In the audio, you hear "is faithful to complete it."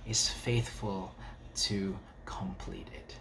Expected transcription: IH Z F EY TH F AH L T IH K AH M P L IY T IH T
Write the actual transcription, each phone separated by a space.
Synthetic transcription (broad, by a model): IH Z F EY TH F AH L T IH K AH M P L IY T IH T